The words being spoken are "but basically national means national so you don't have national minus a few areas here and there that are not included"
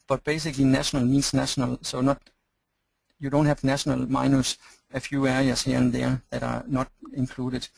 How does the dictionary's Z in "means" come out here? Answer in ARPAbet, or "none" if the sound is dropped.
S